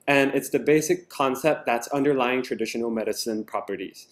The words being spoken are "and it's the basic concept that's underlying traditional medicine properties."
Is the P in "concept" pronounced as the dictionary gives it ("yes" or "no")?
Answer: yes